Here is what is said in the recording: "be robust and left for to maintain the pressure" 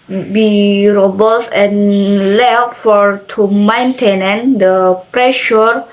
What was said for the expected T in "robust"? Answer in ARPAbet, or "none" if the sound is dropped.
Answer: none